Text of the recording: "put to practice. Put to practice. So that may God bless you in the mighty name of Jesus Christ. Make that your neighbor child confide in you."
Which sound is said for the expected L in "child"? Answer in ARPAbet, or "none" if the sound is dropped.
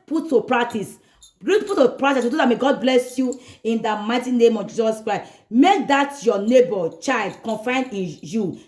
L